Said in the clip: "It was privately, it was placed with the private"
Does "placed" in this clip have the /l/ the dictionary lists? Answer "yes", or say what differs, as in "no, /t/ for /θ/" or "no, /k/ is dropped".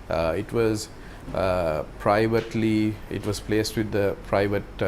yes